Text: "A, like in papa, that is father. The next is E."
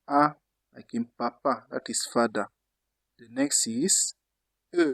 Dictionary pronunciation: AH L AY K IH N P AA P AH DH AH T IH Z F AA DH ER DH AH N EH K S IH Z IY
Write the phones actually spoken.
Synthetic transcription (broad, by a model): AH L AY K IH N P AA P AH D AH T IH S F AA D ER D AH N EH K S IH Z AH